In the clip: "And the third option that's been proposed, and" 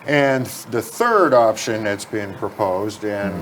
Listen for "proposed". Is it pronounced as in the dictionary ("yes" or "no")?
yes